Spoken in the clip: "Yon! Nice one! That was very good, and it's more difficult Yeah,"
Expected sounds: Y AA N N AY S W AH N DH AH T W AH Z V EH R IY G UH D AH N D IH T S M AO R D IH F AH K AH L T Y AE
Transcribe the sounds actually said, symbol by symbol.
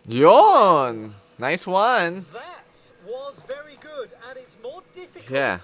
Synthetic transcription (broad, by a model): Y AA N N AY S W AH N DH AH T W AH Z V EH R IY G UH D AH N IH T S M AO R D IH F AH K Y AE